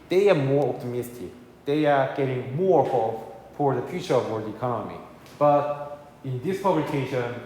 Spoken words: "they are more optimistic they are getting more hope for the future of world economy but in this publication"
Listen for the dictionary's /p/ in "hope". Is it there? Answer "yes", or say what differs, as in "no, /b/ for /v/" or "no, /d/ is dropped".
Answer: no, /f/ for /p/